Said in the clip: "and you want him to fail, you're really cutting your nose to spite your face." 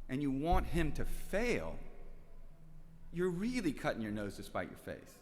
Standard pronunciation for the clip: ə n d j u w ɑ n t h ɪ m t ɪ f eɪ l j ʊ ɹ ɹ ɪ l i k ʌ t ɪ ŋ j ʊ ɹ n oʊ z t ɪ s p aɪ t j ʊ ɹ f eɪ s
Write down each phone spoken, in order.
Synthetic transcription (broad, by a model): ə n j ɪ w ɑ n t h ɪ m t ɪ f eɪ l j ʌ ɹ ɹ ɪ l i k ʌ t ɪ ŋ j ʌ ɹ n oʊ z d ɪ s p aɪ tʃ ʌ ɹ f eɪ s